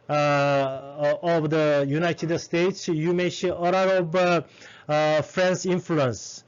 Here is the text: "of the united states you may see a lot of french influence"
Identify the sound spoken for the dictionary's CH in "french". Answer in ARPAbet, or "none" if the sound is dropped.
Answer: S